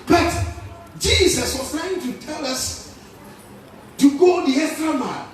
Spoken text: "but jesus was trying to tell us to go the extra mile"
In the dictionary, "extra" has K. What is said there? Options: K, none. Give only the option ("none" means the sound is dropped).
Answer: none